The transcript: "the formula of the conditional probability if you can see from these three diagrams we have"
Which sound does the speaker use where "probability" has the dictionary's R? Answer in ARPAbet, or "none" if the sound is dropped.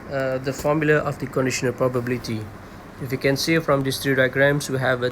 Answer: R